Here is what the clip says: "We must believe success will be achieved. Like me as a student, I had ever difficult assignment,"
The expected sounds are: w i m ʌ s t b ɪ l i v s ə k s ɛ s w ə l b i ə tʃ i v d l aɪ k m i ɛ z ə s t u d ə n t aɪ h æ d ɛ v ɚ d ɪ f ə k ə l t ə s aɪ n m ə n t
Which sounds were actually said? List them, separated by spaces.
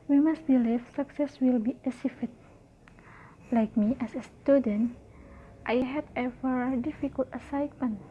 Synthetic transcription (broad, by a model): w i m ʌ s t b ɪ l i f s ə k s ɛ s w ə l b i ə s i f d l aɪ k m i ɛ s ə s t u d ə n t aɪ h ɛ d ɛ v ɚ d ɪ f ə k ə l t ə s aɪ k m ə n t